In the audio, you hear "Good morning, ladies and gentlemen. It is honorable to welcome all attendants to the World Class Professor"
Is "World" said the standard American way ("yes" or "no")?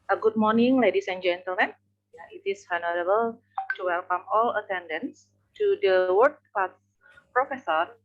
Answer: no